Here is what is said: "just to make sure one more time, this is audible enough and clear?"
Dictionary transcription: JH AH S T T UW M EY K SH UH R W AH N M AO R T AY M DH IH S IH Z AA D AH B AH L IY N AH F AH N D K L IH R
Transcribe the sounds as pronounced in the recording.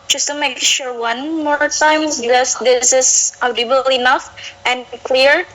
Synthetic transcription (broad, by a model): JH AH S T T UW M EY K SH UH R W AH N M AO R T AY M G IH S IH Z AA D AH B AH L IY N AH F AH N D K L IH R